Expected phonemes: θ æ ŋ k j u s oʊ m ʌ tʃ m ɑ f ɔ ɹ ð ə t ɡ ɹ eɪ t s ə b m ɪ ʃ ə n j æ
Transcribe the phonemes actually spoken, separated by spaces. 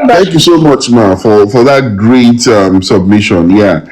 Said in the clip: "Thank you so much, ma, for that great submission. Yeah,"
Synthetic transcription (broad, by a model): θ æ ŋ k j u s oʊ m ʌ tʃ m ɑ f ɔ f ð ə t ɡ ɹ eɪ t s ə b m ɪ ʃ ə n j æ